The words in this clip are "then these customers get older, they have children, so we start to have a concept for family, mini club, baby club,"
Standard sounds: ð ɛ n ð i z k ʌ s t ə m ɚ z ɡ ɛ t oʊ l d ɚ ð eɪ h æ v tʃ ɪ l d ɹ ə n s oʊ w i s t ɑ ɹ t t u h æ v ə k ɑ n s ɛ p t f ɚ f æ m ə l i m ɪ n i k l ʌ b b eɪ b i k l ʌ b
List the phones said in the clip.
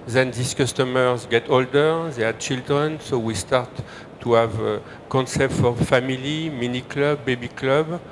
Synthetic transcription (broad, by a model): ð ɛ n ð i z k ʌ s t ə m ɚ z ɡ ɛ t oʊ l d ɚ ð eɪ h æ tʃ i l d ɹ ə n s oʊ w i s t ɑ ɹ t t u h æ v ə k ɑ n s ɛ p t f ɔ f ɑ m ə l i m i n i k l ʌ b b eɪ b i k l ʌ b